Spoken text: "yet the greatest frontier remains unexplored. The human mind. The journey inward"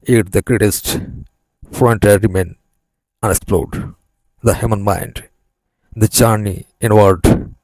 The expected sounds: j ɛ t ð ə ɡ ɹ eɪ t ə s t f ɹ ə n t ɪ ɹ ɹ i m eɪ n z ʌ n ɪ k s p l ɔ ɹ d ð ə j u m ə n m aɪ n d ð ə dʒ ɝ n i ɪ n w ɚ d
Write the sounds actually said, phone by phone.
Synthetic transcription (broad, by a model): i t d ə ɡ ɹ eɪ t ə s t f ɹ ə n t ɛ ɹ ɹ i m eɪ n ʌ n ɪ k s p l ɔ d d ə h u m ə n m aɪ n d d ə tʃ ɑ n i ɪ n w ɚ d